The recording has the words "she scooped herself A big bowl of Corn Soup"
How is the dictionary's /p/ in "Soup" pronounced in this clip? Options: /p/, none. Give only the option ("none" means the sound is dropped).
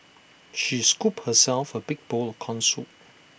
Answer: none